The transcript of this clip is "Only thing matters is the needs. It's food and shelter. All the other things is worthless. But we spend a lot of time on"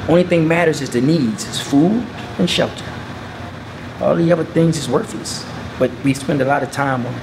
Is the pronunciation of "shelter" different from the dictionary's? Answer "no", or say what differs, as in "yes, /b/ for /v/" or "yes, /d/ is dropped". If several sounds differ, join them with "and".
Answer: no